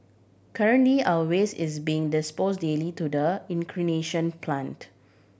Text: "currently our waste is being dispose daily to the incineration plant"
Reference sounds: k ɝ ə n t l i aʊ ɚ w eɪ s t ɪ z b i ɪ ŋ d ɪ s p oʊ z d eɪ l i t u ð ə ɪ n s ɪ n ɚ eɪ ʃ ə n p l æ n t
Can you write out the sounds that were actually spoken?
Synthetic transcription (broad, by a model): k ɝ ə n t l i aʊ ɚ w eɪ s ɪ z b i ɪ ŋ d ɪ s p oʊ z d eɪ l i t u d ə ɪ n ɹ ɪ n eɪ ʃ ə n p l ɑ n t